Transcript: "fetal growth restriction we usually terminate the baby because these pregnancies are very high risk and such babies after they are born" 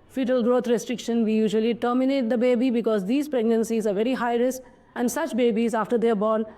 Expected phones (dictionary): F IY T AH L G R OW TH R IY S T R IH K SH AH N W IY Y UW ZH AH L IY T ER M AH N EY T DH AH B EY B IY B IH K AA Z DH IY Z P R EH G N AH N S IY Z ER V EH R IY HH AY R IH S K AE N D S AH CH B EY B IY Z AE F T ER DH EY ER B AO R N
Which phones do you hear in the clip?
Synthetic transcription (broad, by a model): F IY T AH L G R OW T R IY S T R IH K SH AH N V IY Y UW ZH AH L IY T ER M AH N EY T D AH B EY B IY B IH K AA Z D IY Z P R EH G N AH N S IY Z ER V EH R IY HH AY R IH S AE N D S AH CH B EY B IY Z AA F T ER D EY B AO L